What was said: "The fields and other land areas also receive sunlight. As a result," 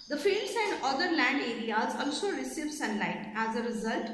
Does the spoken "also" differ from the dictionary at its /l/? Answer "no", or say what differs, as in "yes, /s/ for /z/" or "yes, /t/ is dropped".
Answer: no